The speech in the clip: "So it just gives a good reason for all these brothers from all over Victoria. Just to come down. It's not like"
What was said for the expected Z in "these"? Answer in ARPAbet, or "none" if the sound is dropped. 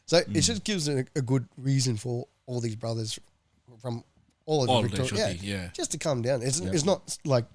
Z